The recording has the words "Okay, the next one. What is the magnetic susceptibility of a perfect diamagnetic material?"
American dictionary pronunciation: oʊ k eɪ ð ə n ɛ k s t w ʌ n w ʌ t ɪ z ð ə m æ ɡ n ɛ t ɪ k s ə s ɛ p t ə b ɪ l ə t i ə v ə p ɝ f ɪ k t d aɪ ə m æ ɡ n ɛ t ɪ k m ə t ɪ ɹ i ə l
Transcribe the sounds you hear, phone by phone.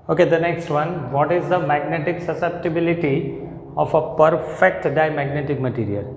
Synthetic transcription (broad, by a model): oʊ k eɪ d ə n ɛ k s t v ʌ n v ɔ t ɪ z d ə m æ ɡ n ɛ t ɪ k s ə s ɛ p t ə b ɪ l ə t i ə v ə p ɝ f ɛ k t d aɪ m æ ɡ n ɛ t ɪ k m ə t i ɹ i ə l